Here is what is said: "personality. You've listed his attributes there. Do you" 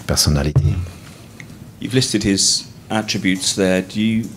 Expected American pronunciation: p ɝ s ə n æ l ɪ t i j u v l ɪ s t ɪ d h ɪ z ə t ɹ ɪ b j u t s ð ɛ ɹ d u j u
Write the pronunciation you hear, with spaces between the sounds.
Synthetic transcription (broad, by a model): p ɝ s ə n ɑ l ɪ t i j u v l ɪ s t ɪ d h ɪ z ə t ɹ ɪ b j u t s ð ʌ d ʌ j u